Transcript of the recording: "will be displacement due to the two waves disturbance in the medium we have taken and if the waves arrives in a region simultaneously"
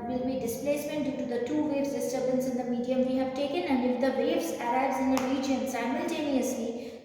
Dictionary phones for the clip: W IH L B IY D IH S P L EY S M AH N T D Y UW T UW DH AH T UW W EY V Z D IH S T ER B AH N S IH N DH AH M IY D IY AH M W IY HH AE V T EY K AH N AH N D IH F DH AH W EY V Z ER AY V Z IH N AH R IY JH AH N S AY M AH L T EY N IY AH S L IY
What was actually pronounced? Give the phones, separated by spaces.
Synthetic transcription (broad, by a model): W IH L B IY D IH S P L EY S M AH N T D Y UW T UW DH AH T UW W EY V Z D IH S T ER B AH N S IH N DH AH M IY D IY AH M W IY HH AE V T EY K AH N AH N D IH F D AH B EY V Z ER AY B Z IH N AH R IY JH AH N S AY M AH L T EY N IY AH S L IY